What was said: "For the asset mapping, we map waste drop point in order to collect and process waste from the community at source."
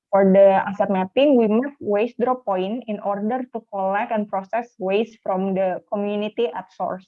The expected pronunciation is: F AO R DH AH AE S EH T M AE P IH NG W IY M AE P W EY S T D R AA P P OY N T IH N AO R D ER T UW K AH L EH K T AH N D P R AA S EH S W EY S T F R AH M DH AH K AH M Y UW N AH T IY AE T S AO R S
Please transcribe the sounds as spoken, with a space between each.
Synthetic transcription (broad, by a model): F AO R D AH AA S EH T M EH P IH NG W IY M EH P W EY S D R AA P P OY N IH N AO R D ER T UW K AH L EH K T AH N P R AA S EH S W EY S F R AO M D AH K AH M Y UW N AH T IY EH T S AO R S